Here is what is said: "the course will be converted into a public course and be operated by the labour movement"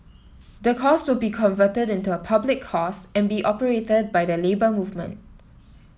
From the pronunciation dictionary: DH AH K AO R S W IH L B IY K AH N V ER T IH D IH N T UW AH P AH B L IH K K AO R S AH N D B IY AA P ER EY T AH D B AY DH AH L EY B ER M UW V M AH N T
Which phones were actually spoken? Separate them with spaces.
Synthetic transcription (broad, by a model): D AH K AO S W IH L B IY K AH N V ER T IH D IH N T UW AH P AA B L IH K K AO S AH N B IY AA P ER EY T AH D B AY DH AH L EY B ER M UW V M AH N T